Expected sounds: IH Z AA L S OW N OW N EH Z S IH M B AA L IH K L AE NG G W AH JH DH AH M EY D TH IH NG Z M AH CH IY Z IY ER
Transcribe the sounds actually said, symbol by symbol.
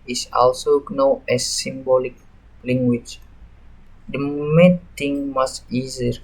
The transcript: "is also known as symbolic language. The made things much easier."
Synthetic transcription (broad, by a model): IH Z AA L S OW N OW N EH S IH M B AA L IH K L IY NG G W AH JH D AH M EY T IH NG M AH S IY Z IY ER